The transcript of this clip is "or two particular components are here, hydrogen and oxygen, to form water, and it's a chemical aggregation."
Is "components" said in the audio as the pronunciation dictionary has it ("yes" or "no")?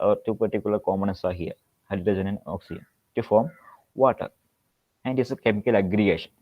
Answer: no